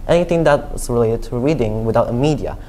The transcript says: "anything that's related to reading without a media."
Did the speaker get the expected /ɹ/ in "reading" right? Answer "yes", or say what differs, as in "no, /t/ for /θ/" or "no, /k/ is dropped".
yes